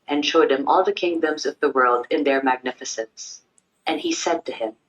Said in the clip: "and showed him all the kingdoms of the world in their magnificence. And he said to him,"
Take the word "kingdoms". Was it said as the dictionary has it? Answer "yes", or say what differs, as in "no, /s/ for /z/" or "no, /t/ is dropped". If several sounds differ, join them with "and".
yes